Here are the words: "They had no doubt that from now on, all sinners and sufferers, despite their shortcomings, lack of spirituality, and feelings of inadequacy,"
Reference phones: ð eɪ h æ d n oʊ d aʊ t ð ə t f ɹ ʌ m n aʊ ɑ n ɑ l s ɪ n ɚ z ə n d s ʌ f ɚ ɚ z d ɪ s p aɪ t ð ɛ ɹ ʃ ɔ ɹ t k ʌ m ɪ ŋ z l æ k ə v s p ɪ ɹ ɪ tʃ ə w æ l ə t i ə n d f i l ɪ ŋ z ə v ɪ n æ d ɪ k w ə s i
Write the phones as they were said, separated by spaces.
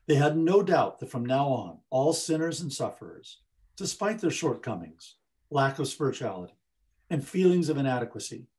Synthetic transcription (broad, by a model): ð eɪ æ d n oʊ d aʊ t ð ə t f ɹ ʌ m n aʊ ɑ n ɑ l s ɪ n ɚ z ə n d s ʌ f ɚ ɚ z d ɪ s p aɪ t ð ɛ ɹ ʃ ɔ ɹ t k ʌ m ɪ ŋ z l æ k ə v s p ɪ ɹ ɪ tʃ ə æ l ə t i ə n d f i l ɪ ŋ z ə v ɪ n æ d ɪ k w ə s i